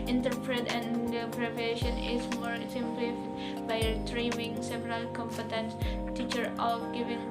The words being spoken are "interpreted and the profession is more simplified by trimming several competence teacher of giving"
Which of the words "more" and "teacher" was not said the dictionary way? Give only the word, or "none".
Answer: none